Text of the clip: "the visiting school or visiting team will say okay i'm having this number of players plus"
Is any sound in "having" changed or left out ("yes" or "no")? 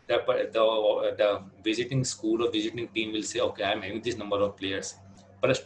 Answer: yes